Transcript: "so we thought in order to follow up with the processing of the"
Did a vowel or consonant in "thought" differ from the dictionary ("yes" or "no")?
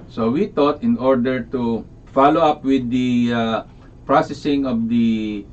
yes